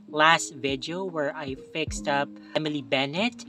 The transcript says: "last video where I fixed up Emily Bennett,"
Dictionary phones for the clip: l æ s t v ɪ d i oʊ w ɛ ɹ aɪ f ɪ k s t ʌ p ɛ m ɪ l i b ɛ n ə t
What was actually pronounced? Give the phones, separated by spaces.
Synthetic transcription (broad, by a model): l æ s t v ɪ d i oʊ w ɛ ɹ aɪ f ɪ k s t ʌ p ɛ m ɪ l i b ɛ n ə t